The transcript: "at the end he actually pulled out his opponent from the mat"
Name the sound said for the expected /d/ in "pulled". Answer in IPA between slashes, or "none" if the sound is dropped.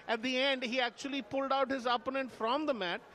/d/